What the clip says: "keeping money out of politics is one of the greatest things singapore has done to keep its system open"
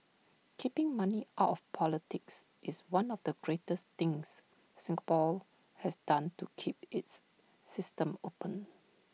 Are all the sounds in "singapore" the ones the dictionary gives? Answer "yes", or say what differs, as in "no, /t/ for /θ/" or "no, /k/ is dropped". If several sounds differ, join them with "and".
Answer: no, /l/ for /ɹ/